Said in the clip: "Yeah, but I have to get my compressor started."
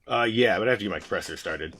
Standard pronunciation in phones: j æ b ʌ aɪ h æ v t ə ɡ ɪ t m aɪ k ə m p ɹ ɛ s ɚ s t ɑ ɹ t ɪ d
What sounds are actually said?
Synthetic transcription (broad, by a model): j æ b ʌ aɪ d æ f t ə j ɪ m aɪ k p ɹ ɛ s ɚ s t ɑ ɹ t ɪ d